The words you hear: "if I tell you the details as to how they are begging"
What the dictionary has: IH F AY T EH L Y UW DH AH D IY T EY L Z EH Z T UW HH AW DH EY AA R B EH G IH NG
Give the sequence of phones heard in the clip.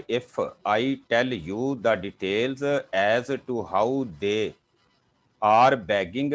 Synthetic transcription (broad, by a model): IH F AY T EH L Y UW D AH D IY T EY L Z EH Z T UW HH AW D EY AA R B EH G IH NG